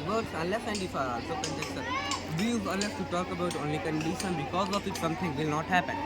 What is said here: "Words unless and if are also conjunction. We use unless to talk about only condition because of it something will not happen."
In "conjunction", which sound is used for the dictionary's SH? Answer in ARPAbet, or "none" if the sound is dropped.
S